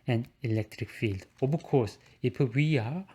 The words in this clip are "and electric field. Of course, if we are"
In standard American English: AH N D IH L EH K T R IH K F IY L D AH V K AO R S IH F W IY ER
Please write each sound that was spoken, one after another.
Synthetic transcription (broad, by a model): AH N IH L EH K T R IH K F IY L D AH B K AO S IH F W IY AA